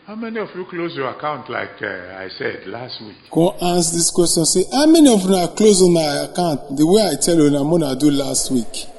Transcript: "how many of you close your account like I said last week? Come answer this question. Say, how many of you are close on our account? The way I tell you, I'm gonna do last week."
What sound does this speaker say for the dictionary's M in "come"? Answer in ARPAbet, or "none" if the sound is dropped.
none